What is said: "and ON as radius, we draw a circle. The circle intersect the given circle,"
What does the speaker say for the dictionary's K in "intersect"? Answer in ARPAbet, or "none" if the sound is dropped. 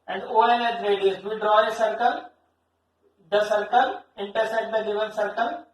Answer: none